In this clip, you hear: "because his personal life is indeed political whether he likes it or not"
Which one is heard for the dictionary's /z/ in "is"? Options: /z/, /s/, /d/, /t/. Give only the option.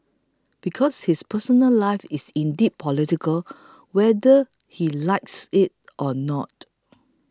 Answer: /s/